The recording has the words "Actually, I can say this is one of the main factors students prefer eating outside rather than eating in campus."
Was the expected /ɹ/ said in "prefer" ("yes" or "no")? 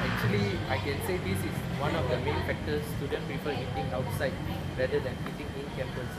no